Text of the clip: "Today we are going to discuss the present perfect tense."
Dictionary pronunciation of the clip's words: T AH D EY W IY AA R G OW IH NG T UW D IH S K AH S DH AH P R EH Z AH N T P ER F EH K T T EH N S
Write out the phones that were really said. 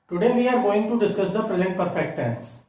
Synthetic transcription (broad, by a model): T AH D EY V IY AA R G OW IH NG T UW D IH S K AH S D AH P R EH Z AH N T P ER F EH K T T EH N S